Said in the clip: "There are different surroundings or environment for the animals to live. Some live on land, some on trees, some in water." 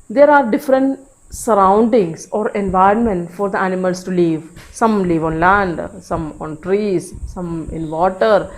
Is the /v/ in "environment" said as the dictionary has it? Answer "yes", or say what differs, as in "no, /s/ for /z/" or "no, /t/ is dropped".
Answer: yes